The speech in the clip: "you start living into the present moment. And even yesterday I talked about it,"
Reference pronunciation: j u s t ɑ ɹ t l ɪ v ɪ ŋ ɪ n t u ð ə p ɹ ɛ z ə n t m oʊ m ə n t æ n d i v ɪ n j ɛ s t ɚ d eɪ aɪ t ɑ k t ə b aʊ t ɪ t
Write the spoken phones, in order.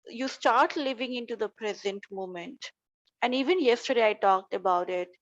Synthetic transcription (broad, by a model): j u s t ɑ ɹ t l ɪ v ɪ ŋ ɪ n t u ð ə p ɹ ɛ z ə n t m oʊ m ə n t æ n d i v ɪ n j ɛ s t ɚ d eɪ aɪ t ɑ k t ə b aʊ t ɪ t